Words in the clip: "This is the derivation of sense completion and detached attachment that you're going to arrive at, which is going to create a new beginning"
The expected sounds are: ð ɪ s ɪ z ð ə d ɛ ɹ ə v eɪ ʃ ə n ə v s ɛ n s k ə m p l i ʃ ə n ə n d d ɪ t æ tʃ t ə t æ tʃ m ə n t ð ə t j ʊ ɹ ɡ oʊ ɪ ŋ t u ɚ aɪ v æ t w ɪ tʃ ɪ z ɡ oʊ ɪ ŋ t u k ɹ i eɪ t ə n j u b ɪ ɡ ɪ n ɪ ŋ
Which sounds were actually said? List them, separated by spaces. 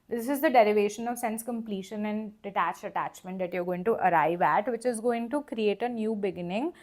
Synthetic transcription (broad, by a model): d ɪ s ɪ z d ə d ɛ ɹ ə v eɪ ʃ ə n ə v s ɛ n s k ə m p l i ʃ ə n ə n d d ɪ t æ tʃ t ə t æ tʃ m ə n t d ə t j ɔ ɹ ɡ oʊ ɪ ŋ t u ɚ aɪ v æ t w ɪ tʃ ɪ z ɡ oʊ ɪ ŋ t u k ɹ i eɪ t ə n j u b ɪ ɡ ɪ n ɪ ŋ